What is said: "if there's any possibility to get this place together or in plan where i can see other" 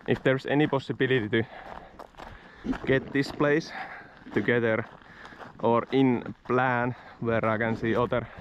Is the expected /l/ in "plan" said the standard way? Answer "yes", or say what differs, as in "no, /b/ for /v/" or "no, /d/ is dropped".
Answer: yes